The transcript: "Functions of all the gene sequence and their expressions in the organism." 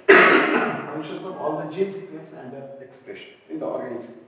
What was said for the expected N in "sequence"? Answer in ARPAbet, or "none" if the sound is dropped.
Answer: none